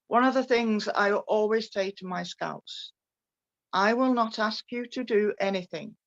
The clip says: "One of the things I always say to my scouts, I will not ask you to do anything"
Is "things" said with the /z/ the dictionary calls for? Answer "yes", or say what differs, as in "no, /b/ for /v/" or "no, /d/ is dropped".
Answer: yes